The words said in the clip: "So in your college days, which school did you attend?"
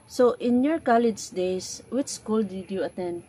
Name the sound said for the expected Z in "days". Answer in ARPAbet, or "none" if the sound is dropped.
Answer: S